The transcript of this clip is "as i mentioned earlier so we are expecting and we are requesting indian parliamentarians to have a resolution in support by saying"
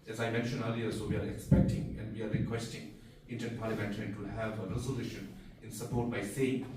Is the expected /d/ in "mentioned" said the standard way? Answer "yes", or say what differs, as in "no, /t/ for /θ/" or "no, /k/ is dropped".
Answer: no, /d/ is dropped